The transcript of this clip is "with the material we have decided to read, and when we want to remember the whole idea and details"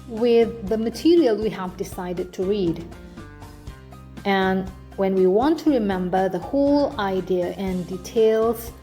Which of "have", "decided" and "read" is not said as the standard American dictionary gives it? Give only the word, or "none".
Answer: none